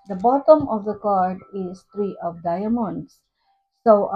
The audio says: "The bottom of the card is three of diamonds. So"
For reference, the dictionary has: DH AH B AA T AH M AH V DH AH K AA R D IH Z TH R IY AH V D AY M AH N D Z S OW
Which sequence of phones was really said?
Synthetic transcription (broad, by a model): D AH B AA T AH M AH V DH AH K AA R D IH Z T R IY AH V D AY M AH N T S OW